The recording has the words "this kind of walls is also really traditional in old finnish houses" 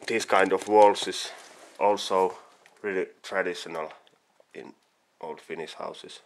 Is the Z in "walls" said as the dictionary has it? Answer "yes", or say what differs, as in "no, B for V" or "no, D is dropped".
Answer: no, S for Z